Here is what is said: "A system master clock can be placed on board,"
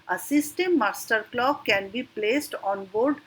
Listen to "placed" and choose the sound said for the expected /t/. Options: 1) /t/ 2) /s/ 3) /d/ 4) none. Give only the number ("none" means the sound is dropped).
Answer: 1